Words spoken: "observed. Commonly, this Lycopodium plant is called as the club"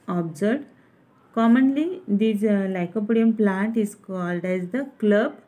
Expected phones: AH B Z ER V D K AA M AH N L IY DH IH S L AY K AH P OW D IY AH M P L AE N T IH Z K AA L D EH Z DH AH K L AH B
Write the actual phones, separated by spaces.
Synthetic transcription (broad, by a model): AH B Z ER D K AA M AH N L IY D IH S L AY K AH P OW D IY AH M P L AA N T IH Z K AA L D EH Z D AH K L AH B